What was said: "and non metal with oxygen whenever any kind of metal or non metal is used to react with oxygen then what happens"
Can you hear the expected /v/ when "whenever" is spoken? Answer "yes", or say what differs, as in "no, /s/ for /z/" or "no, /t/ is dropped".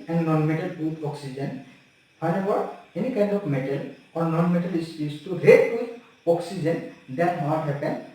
no, /b/ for /v/